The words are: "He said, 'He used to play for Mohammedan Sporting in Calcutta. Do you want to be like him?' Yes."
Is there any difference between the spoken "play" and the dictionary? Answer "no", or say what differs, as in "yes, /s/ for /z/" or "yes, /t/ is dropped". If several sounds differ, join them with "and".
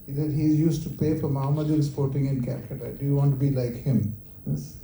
yes, /l/ is dropped